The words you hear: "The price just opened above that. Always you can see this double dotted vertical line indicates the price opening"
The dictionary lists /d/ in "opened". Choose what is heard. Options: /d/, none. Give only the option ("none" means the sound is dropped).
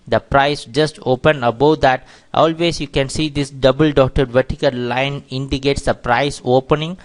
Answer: none